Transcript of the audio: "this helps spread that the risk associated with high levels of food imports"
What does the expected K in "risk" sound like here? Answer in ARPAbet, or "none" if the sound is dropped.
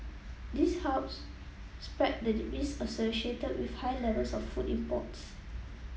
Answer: none